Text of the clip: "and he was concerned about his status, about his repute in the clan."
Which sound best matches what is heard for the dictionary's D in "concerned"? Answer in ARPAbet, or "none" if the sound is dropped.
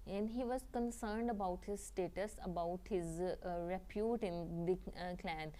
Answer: D